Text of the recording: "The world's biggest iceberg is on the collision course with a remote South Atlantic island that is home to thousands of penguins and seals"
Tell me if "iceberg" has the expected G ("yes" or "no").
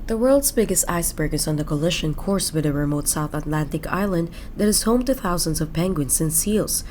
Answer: yes